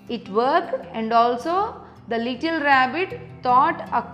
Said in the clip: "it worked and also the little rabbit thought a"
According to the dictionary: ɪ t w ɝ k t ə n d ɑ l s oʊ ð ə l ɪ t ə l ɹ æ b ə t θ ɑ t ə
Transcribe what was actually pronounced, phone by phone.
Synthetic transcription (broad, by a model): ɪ t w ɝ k ə n d ɑ l s oʊ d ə l ɪ t ə l ɹ æ b ə t t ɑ t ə